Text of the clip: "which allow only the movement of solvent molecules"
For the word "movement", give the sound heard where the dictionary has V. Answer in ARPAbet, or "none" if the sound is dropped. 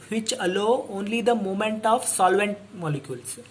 none